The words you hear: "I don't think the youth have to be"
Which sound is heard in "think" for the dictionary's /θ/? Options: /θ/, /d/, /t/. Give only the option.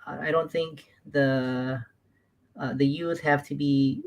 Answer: /θ/